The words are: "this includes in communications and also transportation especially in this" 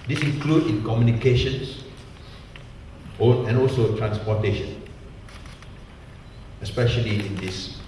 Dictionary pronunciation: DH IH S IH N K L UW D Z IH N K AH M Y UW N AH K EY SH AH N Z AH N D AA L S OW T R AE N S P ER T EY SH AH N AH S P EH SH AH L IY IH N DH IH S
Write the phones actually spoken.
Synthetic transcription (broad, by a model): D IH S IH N K L UW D IH N K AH M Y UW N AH K EY SH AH N S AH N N AA L S OW T R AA N S P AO T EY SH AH N AH S P EH SH AH L IY IH N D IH S